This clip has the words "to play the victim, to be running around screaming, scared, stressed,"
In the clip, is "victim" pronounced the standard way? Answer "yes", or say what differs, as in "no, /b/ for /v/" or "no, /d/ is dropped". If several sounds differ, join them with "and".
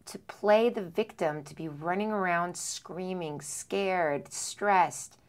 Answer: yes